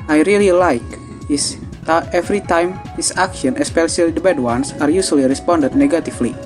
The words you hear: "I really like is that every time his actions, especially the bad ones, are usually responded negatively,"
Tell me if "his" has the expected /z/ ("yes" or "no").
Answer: no